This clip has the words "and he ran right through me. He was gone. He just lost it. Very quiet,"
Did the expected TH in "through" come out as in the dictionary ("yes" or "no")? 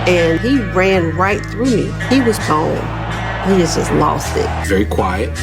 yes